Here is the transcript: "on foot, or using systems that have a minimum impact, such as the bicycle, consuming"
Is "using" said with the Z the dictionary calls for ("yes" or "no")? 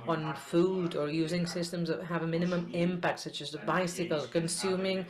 yes